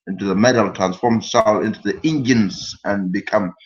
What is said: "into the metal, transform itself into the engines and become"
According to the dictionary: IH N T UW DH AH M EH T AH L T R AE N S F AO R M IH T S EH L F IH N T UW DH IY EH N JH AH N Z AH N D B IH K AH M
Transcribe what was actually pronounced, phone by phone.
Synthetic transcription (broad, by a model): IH N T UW DH AH M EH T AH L T R AE N S F AO R M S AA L IH N T UW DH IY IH N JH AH N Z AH N B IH K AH M